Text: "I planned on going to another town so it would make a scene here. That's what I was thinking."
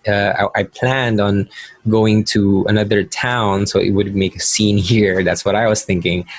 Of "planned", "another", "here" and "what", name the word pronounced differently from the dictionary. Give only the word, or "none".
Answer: none